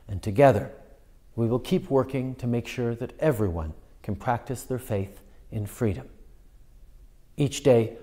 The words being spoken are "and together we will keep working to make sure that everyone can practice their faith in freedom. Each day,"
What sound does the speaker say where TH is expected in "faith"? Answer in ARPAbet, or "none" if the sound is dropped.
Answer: TH